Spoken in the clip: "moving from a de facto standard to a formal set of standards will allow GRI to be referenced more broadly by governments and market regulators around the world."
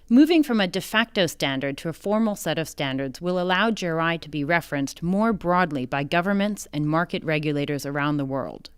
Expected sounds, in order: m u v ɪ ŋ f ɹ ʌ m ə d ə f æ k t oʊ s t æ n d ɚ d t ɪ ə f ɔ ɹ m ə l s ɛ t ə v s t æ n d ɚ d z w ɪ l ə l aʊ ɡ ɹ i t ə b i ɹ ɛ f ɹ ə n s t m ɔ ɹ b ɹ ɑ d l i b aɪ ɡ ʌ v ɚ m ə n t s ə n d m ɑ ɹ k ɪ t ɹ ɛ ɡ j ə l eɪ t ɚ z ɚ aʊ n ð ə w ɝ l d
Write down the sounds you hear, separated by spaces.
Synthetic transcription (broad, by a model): m u v ɪ ŋ f ɹ ʌ m ə d ə f æ k t oʊ s t æ n d ɚ d t ɪ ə f ɔ ɹ m l s ɛ t ə v s t æ n d ɚ d z w ɪ l ə l aʊ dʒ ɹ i t ə b i ɹ ɛ f ɹ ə n s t m ɔ ɹ b ɹ ɑ d l i b aɪ ɡ ʌ v ɚ m ə n t s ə n m ɑ ɹ k ɪ t ɹ ɛ ɡ j ə l eɪ t ɚ z ɚ aʊ n ð ə w ɝ l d